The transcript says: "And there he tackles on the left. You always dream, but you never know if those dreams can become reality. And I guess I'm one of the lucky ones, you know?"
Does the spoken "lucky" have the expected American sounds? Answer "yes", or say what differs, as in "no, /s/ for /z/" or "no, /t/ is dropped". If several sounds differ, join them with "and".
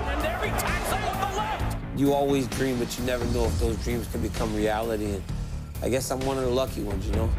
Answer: yes